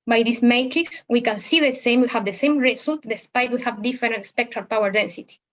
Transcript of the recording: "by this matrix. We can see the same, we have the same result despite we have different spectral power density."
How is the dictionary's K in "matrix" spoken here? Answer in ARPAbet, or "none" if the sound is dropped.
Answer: K